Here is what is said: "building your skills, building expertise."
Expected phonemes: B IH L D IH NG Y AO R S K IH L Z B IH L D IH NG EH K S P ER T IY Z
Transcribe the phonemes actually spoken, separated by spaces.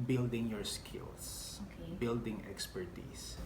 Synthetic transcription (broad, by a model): B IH L D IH NG Y AO R S K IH L S B IH L D IH NG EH K S P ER T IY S